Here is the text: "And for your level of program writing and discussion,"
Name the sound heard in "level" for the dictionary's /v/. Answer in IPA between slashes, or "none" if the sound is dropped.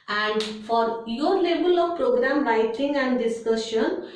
/b/